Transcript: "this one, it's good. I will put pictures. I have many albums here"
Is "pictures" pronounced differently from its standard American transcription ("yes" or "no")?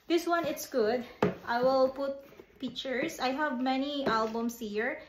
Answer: yes